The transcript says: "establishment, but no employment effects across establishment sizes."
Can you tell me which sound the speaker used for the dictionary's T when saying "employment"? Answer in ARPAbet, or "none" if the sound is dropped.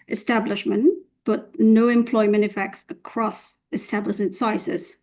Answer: T